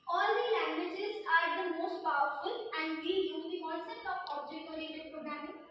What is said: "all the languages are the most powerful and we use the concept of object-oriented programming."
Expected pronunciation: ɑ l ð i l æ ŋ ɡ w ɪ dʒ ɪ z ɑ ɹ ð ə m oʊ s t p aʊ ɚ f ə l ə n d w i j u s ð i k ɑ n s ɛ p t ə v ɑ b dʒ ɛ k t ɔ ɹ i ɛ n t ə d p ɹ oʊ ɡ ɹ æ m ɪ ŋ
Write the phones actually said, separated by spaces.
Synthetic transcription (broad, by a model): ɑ l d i l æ ŋ ɡ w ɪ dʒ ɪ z ɑ ɹ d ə m oʊ s t p aʊ ɚ f ə l ə n d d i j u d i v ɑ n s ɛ t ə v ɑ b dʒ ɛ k ɔ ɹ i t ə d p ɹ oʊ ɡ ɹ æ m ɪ